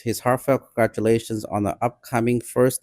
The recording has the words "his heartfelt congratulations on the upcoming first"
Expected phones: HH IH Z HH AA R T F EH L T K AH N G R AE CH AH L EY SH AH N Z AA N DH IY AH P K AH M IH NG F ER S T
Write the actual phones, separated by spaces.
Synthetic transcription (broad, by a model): HH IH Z HH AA R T F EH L K AH N G R AE CH AH L EY SH AH N Z N DH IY AH P K AH M IH NG F ER S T